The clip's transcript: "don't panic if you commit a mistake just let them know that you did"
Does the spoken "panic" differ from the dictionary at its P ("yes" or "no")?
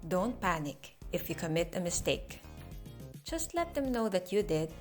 no